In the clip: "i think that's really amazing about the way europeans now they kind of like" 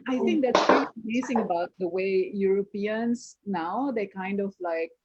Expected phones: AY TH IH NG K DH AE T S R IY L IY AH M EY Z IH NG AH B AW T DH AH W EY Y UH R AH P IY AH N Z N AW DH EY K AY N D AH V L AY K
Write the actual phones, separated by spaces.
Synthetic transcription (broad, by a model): AY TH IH NG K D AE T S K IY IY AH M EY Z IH NG AH B AW T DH AH W EY Y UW R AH P IY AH N S N AW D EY K AY N D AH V L AY K